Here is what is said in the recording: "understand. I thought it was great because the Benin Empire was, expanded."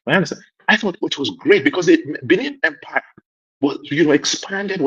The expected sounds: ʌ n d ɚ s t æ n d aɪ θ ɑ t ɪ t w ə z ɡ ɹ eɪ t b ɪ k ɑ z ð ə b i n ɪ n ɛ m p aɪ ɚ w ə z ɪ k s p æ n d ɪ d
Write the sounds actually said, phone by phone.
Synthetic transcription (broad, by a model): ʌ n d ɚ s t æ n aɪ θ ɑ t ɪ t w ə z ɡ ɹ eɪ t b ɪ k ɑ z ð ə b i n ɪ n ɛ m p aɪ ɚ w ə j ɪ k s p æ n d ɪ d